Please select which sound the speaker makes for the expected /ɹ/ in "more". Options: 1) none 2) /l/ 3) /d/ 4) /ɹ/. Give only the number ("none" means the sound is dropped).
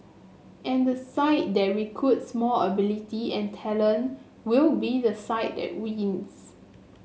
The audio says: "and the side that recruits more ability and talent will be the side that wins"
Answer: 2